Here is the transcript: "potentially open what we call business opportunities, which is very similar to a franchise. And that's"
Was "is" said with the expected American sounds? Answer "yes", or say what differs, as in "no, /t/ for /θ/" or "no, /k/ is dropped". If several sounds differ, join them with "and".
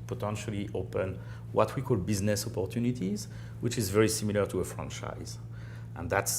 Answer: yes